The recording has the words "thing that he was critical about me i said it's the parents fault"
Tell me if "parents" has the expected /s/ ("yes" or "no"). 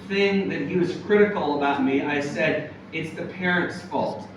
yes